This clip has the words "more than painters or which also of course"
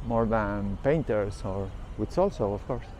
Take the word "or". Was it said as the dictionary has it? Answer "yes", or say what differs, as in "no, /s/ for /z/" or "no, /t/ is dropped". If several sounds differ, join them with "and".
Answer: yes